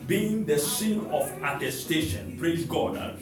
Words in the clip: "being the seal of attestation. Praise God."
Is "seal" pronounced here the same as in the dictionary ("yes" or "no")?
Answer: no